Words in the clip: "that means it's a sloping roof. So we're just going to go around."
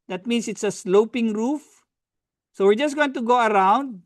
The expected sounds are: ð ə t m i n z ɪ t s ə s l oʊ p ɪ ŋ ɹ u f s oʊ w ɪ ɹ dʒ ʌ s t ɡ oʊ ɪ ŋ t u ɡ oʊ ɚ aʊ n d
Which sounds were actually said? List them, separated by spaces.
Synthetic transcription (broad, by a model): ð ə t m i n s ɪ t s ə s l oʊ p ɪ ŋ ɹ u f s oʊ w ɪ ɹ dʒ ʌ s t ɡ oʊ ɪ ŋ t u ɡ oʊ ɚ aʊ n d